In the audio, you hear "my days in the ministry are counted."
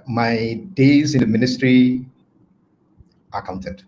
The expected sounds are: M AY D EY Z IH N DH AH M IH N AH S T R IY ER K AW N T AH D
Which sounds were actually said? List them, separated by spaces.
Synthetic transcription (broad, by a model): M AY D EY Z IH N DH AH M IH N AH S T R IY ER K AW N T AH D